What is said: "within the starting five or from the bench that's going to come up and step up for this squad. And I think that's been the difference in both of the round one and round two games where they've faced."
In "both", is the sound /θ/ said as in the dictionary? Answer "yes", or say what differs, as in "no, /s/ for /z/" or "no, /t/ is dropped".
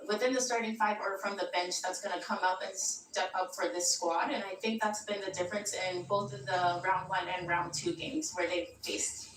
yes